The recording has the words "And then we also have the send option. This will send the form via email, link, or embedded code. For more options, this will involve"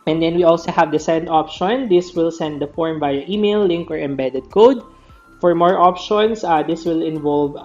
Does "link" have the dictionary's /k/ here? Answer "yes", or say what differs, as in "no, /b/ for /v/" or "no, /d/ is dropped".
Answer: yes